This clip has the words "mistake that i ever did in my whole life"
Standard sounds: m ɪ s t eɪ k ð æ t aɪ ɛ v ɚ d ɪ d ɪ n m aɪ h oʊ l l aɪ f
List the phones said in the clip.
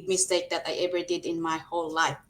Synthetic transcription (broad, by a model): m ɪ s t eɪ k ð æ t aɪ ɛ v ɚ d ɪ d ɪ n m aɪ h oʊ l l aɪ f